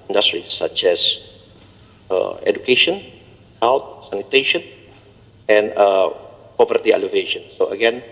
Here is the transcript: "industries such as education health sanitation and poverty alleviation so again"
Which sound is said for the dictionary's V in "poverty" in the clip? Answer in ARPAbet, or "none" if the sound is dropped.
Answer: P